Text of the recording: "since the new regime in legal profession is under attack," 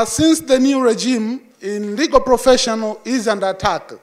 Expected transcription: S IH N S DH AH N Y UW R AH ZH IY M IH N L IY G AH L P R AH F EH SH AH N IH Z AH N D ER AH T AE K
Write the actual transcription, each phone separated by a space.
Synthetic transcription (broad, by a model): S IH N S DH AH N Y UW R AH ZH IY M IH N L IY G AH L P R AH F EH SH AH N IH Z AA N D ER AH T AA K